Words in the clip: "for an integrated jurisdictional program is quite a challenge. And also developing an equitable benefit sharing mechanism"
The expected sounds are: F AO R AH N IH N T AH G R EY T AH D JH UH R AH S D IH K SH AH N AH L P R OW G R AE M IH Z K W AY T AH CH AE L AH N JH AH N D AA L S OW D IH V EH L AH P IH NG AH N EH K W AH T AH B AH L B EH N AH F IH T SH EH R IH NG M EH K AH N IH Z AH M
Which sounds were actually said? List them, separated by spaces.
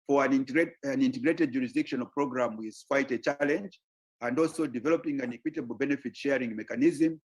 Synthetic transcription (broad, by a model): F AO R AH N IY N T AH G R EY T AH D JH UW R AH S D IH K SH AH N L P R OW G R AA M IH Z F AY T AH CH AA L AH N JH AH N D AA L S OW D IH V EH L AH P IH NG AH N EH K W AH T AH B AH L B EH N AH F IH T SH EH R IH NG M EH K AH N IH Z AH M